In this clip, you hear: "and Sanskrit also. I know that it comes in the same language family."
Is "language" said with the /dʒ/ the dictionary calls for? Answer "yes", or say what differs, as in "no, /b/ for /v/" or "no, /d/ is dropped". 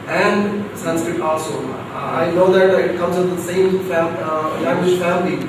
no, /ʃ/ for /dʒ/